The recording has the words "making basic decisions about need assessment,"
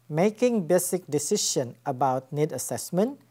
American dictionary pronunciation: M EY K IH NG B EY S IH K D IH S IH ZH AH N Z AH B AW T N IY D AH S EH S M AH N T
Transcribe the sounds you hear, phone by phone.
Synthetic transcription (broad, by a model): M EY K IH NG B EY S IH K D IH S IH SH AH N AH B AW T N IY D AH S EH S M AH N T